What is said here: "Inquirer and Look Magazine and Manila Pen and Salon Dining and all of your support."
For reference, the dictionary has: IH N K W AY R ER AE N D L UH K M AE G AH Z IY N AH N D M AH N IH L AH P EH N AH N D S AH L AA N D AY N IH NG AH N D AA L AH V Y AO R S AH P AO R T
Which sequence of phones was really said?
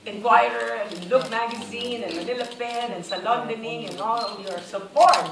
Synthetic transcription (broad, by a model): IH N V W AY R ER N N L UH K M AE G AH Z IY N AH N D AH L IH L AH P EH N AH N S AH L AA N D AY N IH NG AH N AA L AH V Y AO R S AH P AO R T